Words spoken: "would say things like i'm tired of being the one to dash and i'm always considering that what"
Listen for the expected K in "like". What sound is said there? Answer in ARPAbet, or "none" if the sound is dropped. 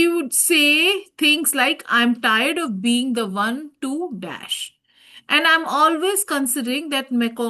K